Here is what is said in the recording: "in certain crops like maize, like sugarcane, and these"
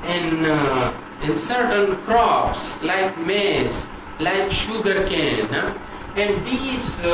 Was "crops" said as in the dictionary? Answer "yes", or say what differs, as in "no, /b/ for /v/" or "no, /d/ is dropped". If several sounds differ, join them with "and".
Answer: yes